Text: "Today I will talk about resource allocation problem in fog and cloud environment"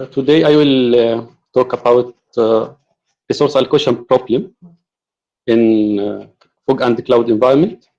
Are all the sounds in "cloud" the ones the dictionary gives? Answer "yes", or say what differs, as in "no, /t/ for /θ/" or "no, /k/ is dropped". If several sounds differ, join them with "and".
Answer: yes